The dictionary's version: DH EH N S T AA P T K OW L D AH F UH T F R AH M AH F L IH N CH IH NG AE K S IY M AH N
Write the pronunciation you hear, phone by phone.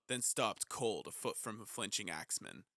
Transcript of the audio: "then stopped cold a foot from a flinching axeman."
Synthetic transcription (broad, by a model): DH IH N S T AA P T K OW L D AH F UH T F R AH M AH F L IH N CH IH NG AE K S M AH N